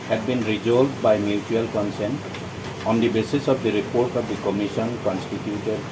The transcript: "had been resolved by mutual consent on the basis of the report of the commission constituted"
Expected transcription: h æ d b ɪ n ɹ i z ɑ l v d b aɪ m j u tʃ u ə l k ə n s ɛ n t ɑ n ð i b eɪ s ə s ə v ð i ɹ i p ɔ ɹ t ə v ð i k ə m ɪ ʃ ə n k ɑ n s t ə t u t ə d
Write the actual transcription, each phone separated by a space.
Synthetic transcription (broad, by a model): h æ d b ɪ n ɹ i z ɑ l d b aɪ m j u tʃ u ə l k ə n s ɛ n t ɑ n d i b eɪ s ə s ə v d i ɹ i p ɔ ɹ t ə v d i k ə m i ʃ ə n k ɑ n s t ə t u t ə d